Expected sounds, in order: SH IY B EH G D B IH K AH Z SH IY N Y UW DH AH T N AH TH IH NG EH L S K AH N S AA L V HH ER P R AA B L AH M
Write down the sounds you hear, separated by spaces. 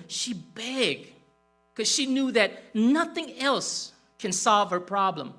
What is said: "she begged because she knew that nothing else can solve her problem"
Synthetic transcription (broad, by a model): SH IY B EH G K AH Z SH IY N Y UW DH AH T N AH TH IH NG EH L S K AH N S AA L V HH ER P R AA B L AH M